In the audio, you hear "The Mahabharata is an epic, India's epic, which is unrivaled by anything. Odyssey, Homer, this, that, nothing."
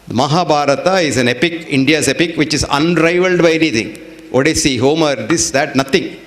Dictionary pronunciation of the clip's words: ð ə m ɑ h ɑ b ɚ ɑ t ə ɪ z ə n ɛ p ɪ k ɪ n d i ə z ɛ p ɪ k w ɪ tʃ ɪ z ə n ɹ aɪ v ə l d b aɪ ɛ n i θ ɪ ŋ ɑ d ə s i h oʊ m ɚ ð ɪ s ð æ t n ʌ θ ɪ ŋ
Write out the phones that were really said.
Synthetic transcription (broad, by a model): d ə m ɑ h ɑ b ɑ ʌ t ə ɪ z ə n ɛ p ɪ k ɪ n d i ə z ɛ p ɪ k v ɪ tʃ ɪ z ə n ɹ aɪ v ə l d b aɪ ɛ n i t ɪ ŋ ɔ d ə s i h oʊ m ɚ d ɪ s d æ t n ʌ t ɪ ŋ